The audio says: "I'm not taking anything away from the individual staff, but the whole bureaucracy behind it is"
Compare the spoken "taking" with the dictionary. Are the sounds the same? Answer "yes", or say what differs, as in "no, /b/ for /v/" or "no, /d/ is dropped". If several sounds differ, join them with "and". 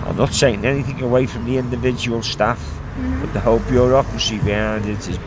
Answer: no, /s/ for /t/ and /k/ is dropped